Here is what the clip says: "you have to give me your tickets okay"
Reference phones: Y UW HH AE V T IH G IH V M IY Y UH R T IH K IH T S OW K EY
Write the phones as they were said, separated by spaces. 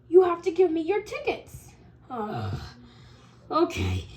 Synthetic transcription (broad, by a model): Y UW HH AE F T IH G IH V M IY Y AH R T IH K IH T S OW K EY